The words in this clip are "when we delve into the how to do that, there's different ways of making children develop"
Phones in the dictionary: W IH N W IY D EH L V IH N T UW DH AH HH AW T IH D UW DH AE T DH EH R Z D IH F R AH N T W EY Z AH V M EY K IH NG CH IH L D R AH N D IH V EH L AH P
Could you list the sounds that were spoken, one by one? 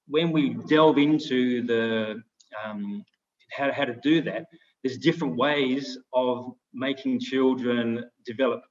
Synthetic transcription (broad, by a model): W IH N W IY D EH L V IH N T UW DH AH HH AW T IH D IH DH AE T DH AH R Z D IH F R AH N T W EY Z AH V M EY K IH NG CH IH L D R AH N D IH V EH L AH P